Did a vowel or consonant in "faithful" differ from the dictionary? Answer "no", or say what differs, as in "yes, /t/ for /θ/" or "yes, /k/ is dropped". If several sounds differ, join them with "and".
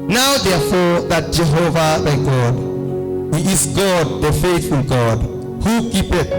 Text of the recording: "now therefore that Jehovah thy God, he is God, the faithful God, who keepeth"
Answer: yes, /f/ is dropped and /n/ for /l/